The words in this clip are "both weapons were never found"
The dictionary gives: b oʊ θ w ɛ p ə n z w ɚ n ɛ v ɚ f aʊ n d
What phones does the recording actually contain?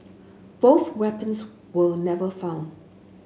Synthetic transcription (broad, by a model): b oʊ θ w ɛ p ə n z w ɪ n ɛ v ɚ f aʊ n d